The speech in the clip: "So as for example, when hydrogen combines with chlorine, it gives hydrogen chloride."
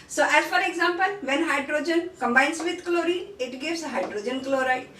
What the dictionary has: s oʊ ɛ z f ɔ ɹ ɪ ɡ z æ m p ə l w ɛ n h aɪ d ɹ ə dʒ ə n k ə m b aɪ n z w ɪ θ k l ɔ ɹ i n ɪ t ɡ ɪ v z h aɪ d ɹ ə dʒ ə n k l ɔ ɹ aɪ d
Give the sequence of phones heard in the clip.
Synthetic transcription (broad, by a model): s oʊ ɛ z f ɔ ɹ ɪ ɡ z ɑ m p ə l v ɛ n h aɪ d ɹ ə dʒ ə n k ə m b aɪ n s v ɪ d k l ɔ ɹ i ɪ t ɡ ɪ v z h aɪ d ɹ ə dʒ ə n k l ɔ ɹ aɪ